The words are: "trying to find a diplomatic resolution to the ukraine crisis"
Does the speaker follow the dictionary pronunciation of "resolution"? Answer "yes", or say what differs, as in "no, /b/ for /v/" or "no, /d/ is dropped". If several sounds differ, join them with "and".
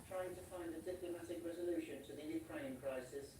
yes